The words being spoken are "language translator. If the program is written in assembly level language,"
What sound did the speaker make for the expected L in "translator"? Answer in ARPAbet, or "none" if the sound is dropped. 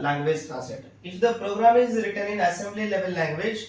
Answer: none